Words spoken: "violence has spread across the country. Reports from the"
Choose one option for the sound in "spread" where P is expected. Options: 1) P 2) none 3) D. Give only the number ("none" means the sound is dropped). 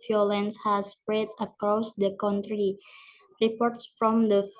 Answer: 1